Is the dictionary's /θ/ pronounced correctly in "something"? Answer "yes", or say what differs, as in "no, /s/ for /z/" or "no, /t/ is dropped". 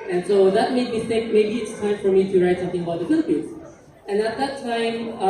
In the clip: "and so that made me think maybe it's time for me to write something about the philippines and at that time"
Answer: no, /t/ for /θ/